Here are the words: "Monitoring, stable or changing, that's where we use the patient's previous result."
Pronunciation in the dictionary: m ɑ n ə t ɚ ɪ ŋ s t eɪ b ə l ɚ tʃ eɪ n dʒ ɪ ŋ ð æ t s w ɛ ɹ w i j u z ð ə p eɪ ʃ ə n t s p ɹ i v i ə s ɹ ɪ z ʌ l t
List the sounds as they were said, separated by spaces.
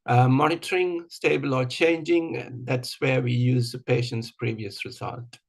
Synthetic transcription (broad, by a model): m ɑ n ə t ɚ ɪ ŋ s t eɪ b ə l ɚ tʃ eɪ n dʒ ɪ ŋ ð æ t s w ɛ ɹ w i j u z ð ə p eɪ ʃ ə n t s p ɹ i v i ə s ɹ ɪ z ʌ l t